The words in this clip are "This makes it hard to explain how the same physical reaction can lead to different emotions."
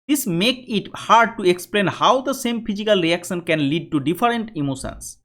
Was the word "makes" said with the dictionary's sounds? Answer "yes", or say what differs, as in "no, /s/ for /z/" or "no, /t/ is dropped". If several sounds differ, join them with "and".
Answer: no, /s/ is dropped